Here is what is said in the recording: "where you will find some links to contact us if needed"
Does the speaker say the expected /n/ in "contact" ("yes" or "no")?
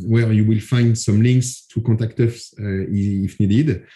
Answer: no